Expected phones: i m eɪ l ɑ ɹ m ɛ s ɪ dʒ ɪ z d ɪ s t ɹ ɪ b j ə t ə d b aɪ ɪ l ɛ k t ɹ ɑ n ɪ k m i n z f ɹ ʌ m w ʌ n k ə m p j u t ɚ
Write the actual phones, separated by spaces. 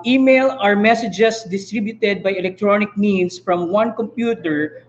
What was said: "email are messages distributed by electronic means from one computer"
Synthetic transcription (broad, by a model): i m eɪ l ɑ ɹ m ɛ s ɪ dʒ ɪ s d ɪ s t ɹ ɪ b j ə t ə d b aɪ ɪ l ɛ k t ɹ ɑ n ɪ k m i n s f ɹ ʌ m w ʌ n k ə m p j u t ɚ